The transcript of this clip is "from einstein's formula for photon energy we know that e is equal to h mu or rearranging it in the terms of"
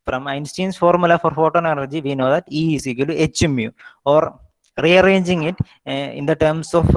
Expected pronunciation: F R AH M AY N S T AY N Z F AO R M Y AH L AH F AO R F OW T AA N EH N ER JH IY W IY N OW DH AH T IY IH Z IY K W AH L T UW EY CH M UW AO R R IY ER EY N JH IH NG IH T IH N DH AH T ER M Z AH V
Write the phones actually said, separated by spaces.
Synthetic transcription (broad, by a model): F R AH M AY N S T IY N S F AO R M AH L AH F AO R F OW T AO N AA L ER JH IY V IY N OW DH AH T IY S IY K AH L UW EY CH M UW AO R R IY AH EY N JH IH NG IH T IH N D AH T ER M S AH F